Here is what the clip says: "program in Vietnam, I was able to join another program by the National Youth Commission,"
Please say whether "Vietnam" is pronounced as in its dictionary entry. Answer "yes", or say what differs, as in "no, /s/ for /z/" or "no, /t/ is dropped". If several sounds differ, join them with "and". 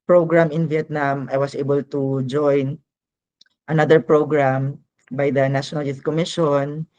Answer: yes